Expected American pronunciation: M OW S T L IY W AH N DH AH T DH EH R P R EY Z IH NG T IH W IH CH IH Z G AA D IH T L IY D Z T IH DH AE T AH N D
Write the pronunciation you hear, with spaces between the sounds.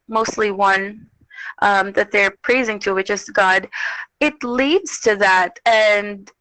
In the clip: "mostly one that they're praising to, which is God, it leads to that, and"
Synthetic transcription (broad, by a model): M OW S T L IY W AH N DH AH T DH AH R P R EY Z IH NG T IH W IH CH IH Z G AA D IH T L IY D Z T IH DH AE T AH N